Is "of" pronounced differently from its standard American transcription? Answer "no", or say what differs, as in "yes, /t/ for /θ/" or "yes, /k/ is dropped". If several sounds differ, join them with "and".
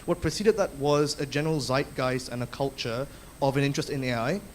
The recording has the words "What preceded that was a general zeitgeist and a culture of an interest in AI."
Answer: no